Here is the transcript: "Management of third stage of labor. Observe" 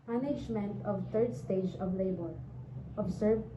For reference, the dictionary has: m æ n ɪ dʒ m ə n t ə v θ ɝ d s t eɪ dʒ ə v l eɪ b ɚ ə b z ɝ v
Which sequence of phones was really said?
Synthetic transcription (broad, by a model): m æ n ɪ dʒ m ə n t ə v t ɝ d s t eɪ dʒ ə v l eɪ b ɚ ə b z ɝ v